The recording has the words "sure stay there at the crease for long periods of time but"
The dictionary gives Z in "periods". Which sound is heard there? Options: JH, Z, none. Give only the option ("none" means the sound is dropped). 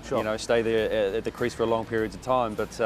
Z